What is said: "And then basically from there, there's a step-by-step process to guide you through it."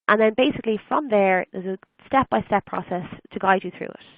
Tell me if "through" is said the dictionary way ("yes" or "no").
yes